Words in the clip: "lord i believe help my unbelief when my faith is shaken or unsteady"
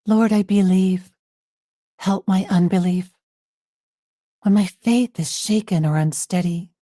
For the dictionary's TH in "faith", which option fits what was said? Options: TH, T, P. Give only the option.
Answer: TH